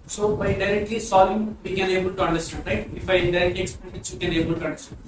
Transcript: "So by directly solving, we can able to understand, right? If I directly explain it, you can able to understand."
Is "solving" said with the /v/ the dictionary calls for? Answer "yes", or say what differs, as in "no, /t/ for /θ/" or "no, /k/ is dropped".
no, /v/ is dropped